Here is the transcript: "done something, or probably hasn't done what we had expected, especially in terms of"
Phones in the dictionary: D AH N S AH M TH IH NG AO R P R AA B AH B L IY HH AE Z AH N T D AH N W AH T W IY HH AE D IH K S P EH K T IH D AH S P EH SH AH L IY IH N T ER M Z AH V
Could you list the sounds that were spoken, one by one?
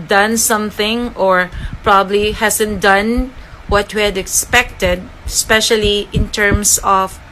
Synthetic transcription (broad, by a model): D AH N S AH M TH IH NG AO R P R AA B AH B L IY HH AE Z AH N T D AH N W AH T W IY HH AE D IH K S P EH K T IH D S P EH SH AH L IY IH N T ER M S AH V